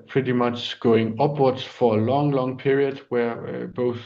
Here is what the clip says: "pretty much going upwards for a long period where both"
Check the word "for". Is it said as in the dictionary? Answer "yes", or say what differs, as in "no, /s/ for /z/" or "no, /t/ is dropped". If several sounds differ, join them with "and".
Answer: no, /l/ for /ɹ/